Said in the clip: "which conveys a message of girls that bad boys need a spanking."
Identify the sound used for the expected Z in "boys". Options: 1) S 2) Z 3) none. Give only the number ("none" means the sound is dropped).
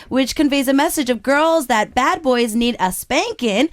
2